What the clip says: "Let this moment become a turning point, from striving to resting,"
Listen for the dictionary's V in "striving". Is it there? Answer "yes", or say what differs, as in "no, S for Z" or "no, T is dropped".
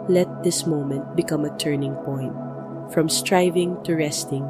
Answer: yes